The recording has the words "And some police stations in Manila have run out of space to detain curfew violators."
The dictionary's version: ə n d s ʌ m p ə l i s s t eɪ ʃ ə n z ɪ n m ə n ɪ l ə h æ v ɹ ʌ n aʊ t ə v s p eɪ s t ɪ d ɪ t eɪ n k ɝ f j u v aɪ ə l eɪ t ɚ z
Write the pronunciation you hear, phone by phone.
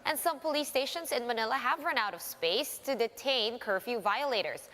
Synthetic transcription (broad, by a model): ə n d s ʌ m p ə l i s s t eɪ ʃ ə n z ɪ n m ə n ɪ l ə h æ v ɹ ʌ n aʊ t ə v s p eɪ s t ɪ d ɪ t eɪ n k ɝ f j u v aɪ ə l eɪ t ɚ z